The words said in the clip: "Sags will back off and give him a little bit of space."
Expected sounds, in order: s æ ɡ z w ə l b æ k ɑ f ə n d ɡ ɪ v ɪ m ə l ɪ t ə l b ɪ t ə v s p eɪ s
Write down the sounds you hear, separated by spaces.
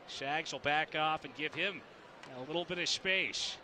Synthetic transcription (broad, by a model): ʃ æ ɡ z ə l b æ k ɑ f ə n ɡ ɪ v ɪ m ə l ɪ t l b ɪ t ə v s p eɪ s